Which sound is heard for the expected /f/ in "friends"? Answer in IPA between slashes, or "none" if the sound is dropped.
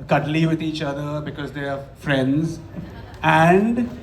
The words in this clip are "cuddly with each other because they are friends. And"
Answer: /f/